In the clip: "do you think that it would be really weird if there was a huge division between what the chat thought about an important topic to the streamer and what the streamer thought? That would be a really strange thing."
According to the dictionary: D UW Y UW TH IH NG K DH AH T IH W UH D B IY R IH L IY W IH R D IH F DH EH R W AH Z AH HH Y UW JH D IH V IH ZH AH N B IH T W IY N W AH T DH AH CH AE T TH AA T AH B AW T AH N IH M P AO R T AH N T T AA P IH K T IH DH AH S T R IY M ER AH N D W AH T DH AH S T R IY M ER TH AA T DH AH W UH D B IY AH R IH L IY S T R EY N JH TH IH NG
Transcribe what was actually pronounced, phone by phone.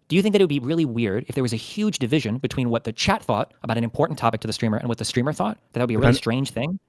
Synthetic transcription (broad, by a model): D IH Y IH TH IH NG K DH AH T IH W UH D B IY R IH L IY W IH R D IH F DH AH R W AH Z AH HH Y UW JH D IH V IH ZH AH N B IH T W IY N W AH T DH AH CH AE T TH AA T AH B AW T AH N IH M P AO R T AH N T T AA P IH K T IH DH AH S T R IY M ER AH N W AH T DH AH S T R IY M ER TH AA T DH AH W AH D B IY AH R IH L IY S T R EY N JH TH IH NG